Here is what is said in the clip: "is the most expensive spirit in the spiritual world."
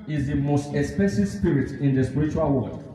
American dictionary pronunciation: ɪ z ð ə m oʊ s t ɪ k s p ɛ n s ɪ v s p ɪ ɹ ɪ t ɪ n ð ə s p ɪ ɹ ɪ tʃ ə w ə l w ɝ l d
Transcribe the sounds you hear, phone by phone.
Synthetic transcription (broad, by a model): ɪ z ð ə m oʊ s t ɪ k s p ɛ s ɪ s p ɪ ɹ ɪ t ɪ n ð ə s p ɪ ɹ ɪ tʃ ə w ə l w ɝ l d